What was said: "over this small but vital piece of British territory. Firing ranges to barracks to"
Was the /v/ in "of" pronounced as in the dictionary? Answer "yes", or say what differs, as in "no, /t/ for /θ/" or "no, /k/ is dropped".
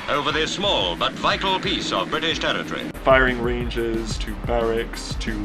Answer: yes